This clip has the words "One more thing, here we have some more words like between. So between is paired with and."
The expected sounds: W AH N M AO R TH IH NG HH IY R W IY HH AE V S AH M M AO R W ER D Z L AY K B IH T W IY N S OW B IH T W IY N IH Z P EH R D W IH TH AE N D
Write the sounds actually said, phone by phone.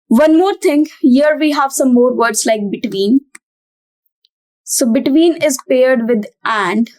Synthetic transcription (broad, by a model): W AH N M AO R T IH NG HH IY R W IY HH AE V S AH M M AO R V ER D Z L AY K B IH T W IY N S OW B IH T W IY N IH Z P EH R D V IH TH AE N D